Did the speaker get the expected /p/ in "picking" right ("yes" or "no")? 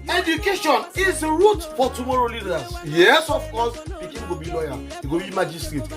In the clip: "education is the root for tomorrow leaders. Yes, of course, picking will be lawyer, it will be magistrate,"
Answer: no